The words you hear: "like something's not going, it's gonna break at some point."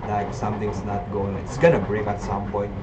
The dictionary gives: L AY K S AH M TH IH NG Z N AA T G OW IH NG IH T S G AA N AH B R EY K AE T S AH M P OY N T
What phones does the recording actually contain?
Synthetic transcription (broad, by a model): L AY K S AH M T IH NG S N AA T G OW IH NG IH T S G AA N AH B R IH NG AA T S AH M P OY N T